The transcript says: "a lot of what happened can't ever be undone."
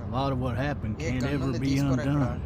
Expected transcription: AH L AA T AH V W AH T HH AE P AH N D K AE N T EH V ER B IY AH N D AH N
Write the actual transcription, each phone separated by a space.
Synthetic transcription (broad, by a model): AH L AA T AH V W AH T HH AE P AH N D K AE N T EH V ER B IY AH N D AH N